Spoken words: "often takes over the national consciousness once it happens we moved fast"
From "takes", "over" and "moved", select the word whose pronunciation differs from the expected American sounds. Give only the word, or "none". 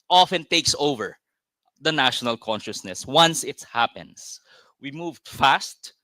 none